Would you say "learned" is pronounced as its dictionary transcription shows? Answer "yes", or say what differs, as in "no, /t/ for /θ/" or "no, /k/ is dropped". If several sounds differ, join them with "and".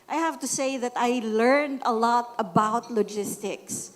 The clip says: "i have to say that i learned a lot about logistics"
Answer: yes